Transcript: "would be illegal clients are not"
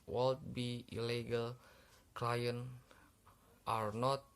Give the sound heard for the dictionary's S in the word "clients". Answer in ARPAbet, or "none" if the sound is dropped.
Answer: none